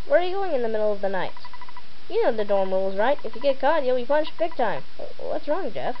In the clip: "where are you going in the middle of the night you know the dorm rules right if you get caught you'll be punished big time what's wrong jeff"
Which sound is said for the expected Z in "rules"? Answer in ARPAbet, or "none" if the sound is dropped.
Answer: Z